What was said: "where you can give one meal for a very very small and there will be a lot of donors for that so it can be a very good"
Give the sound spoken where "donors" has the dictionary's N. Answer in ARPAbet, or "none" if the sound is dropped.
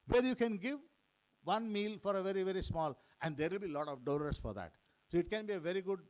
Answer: L